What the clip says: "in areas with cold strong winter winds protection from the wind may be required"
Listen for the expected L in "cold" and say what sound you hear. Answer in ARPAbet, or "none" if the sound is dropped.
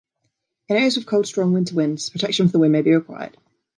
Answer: L